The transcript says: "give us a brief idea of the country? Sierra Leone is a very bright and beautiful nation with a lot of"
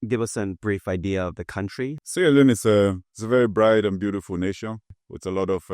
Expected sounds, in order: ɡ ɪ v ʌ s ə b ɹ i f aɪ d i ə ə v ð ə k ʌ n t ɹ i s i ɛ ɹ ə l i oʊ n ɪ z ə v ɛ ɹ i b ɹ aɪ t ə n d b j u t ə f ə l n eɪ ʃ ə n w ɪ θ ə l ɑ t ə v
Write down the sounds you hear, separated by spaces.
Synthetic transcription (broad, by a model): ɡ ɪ v ʌ s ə b ɹ i f aɪ d i ə ə v ð ə k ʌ n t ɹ i s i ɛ l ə n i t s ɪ s ə v ɛ ɹ i b ɹ aɪ t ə n b j u t ə f ə l n eɪ ʃ ə n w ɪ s ə l ɑ t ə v